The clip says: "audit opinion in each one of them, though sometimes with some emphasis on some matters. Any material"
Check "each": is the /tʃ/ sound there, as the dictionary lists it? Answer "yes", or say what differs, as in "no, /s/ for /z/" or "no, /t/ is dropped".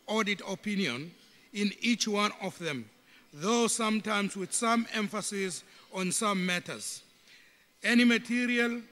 yes